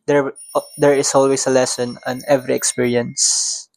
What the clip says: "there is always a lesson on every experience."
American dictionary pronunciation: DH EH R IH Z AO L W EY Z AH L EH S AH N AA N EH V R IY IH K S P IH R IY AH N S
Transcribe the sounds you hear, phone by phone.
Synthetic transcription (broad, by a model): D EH R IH S AO L W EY S AH L EH S AH N AA N EH V R IY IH K S P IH R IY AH N S